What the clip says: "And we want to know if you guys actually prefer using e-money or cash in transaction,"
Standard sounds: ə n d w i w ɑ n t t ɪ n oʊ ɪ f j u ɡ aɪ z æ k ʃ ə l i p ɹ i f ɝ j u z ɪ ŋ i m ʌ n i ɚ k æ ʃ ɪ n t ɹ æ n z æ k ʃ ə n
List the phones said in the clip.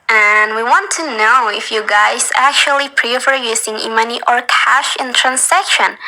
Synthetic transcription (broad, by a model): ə n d w i w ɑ n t t ɪ n oʊ ɪ f j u ɡ aɪ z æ k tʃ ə l i p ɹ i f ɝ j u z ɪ ŋ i m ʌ n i ɚ k æ ʃ ɪ n t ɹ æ n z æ k ʃ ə n